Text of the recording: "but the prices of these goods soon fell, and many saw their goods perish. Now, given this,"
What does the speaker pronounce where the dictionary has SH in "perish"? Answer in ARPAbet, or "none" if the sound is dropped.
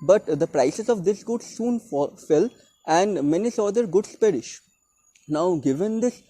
SH